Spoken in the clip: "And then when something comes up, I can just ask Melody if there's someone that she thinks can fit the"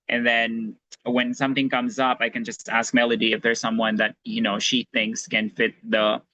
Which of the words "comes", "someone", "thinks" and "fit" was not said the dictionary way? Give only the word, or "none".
none